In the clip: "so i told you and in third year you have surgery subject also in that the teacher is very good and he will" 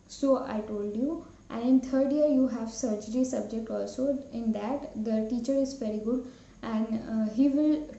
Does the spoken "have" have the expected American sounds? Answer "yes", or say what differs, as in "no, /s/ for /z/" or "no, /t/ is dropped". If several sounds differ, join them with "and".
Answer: yes